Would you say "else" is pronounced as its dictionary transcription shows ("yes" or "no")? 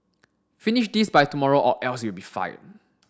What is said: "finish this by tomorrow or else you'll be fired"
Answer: yes